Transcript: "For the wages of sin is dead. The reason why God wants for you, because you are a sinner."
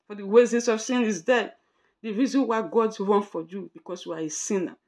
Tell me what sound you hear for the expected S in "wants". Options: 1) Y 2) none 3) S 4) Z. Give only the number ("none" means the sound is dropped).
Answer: 2